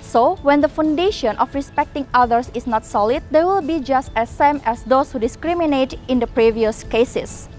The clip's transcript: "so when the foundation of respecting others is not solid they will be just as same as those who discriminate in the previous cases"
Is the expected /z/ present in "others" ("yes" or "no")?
no